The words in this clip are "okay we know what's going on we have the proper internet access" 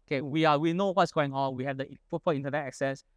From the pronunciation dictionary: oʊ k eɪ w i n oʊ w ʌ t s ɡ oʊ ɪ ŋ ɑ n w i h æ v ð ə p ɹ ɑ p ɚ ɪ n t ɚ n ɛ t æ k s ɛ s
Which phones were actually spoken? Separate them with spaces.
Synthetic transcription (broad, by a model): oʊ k eɪ w i n oʊ w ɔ t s ɡ oʊ ɪ ŋ ɑ n w i h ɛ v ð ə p ɑ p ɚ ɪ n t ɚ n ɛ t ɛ k s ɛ s